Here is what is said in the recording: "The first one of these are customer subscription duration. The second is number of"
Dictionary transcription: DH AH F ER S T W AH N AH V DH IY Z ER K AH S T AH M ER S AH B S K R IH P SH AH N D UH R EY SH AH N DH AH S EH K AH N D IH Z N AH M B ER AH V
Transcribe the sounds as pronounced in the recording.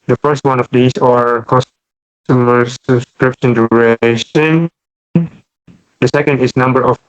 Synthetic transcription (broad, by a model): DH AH F ER S T W AH N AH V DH IY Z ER K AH S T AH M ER S AH B S K R IH P SH AH N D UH R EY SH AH N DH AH S EH K AH N D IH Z N AH M B ER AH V